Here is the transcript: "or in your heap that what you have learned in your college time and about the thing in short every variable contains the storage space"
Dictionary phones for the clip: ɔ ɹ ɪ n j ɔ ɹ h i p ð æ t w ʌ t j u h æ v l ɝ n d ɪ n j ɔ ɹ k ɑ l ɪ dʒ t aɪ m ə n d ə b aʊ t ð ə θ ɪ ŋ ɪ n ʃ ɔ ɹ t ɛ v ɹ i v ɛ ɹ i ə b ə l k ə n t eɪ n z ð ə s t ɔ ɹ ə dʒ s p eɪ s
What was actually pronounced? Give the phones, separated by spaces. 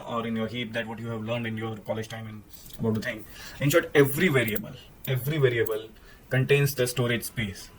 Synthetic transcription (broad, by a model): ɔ ɹ ɪ n j ɔ ɹ h i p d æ t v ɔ t j u h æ v l ɝ n d ɪ n j ɔ ɹ k ɑ l ɪ dʒ t aɪ m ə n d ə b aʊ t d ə t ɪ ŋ ɪ n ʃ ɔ ɹ t ɛ v ɹ i v ɛ ɹ i ə b ə l k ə n t eɪ n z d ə s t ɔ ɹ ə dʒ s p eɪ s